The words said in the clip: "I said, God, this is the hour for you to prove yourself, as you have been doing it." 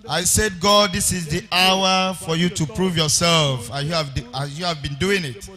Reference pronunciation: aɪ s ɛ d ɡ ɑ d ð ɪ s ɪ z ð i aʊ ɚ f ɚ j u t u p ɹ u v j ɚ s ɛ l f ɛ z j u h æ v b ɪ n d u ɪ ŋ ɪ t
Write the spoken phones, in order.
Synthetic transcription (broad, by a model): aɪ s ɛ d ɡ ɑ d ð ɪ s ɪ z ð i aʊ ɚ f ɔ j u t u p ɹ u v j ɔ s ɛ l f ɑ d j u h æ v b ɪ n d u ɪ ŋ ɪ t